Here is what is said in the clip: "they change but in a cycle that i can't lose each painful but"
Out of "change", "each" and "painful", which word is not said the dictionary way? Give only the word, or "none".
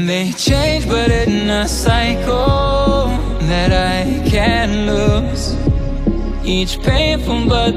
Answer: painful